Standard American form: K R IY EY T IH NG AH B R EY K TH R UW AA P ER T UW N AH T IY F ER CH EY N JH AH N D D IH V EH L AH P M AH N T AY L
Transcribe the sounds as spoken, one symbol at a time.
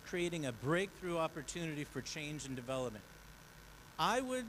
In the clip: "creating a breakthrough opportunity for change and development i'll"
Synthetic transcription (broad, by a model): K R IY EY T IH NG AH B R EY K TH R UW AA P ER T UW N AH T IY F ER CH EY N JH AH N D D IH V EH L AH P M AH N T AY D